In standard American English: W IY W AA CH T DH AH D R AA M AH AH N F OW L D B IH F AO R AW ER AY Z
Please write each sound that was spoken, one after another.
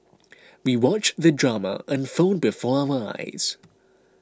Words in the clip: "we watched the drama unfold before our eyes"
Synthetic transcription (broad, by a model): W IY W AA CH DH AH D R AA M AH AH N F OW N B IH F AO R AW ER AY Z